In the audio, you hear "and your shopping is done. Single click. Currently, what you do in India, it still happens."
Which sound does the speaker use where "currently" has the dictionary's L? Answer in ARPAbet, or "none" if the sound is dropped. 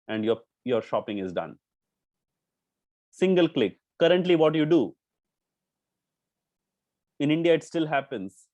L